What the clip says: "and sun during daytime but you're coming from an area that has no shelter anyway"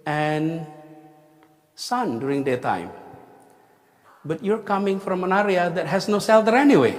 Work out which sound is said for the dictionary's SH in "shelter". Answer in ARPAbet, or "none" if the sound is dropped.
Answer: S